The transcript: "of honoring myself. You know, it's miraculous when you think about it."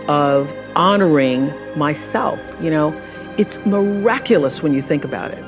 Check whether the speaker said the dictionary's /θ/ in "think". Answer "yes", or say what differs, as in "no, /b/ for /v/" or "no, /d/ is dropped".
yes